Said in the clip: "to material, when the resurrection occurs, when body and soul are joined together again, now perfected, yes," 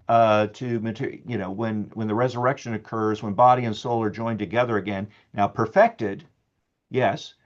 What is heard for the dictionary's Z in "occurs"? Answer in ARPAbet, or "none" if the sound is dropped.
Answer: Z